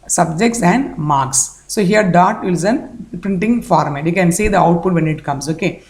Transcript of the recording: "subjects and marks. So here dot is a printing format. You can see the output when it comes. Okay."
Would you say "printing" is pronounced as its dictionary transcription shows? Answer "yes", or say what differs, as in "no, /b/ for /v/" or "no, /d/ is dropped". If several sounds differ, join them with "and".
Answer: yes